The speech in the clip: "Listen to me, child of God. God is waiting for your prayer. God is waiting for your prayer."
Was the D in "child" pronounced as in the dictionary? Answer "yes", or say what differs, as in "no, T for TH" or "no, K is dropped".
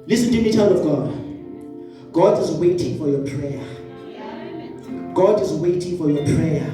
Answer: no, D is dropped